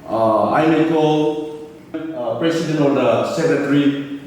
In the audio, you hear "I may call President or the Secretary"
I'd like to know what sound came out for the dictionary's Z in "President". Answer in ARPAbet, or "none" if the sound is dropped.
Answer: S